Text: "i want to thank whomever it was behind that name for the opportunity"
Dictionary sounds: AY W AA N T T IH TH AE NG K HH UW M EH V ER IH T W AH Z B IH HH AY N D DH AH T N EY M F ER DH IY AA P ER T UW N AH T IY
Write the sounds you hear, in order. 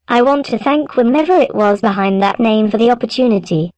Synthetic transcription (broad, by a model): AY W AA N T T IH TH AE NG K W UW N EH V ER IH T W AH Z B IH HH AY N DH AH T N EY M F ER DH IY AA P ER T UW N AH T IY